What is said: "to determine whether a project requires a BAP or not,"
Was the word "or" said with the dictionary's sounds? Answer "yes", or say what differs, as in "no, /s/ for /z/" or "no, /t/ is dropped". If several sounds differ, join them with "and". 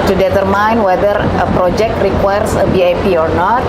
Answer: yes